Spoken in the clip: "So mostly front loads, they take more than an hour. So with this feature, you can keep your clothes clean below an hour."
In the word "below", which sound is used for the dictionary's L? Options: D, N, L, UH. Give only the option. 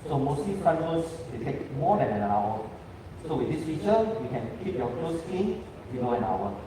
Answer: N